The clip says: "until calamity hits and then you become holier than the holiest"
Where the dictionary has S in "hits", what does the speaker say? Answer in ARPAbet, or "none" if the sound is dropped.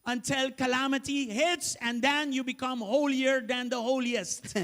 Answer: S